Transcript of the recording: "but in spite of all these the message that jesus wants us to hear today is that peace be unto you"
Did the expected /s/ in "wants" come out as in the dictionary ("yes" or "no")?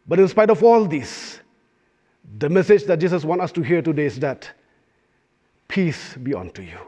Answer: no